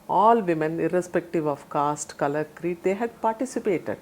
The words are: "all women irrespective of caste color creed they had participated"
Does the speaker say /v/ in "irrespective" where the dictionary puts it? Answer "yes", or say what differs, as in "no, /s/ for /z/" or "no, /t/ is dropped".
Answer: yes